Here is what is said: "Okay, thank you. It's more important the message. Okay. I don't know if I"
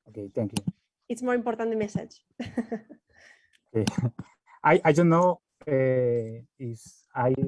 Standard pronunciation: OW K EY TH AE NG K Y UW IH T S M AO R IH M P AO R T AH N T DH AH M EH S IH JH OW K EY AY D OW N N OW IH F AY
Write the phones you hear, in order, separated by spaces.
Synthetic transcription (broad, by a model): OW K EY T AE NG K Y UW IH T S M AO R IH M P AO R T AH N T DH M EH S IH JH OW K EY AY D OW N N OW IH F AY